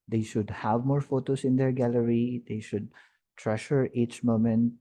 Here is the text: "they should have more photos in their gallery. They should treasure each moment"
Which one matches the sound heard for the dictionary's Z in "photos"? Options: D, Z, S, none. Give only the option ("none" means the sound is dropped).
S